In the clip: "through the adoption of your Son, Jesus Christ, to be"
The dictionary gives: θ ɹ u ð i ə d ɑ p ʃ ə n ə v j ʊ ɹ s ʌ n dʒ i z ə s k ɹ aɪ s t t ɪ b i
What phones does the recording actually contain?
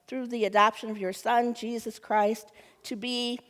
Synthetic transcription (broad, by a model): θ ɹ u ð i ə d ɑ p ʃ ə n ə v j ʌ ɹ s ʌ n dʒ i z ə s k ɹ aɪ s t t ɪ b i